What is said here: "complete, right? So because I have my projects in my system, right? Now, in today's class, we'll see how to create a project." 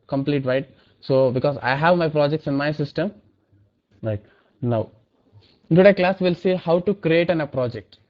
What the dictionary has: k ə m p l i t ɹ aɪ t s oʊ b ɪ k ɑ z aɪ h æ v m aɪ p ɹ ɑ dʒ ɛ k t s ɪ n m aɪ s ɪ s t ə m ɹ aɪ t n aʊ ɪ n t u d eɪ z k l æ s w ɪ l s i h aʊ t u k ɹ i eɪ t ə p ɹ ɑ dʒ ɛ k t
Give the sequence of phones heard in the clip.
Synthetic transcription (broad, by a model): k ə m p l i t ɹ aɪ t s oʊ b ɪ k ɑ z aɪ h æ v m aɪ p ɹ ɑ dʒ ɛ k t s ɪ n m aɪ s ɪ s t ə m ɹ aɪ t n aʊ ɪ n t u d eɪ k l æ s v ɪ l s i h aʊ t u k ɹ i eɪ t ə p ɹ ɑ dʒ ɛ k t